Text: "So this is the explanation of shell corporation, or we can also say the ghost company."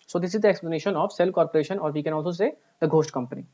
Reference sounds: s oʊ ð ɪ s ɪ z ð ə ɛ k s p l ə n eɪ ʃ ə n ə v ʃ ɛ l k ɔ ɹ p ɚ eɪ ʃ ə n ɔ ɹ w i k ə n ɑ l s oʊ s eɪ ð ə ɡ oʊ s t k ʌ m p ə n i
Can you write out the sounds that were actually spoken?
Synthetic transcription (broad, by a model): s oʊ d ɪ s ɪ z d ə ɛ k s p l ə n eɪ ʃ ə n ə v s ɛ l k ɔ ɹ p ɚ eɪ ʃ ə n ɔ ɹ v i k ə n ɑ l s oʊ s eɪ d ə ɡ oʊ s t k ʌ m p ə n i